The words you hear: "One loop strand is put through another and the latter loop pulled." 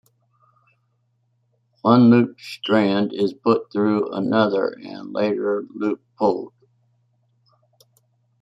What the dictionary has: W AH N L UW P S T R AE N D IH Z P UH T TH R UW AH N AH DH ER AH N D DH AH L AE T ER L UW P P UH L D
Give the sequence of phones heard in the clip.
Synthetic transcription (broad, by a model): W AH N L UW P S T R AE N D IH Z P UH T TH R UW AH N AH DH ER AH N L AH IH T ER L UW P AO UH L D